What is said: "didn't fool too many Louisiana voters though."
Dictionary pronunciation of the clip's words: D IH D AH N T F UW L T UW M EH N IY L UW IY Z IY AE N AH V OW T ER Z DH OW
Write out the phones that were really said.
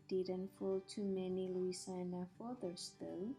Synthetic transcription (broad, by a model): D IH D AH N T F UW L T UW M EH N IY L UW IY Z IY N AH F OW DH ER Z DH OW